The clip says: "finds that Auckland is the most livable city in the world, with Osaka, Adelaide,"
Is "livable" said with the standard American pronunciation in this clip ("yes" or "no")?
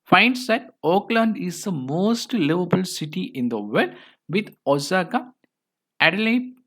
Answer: yes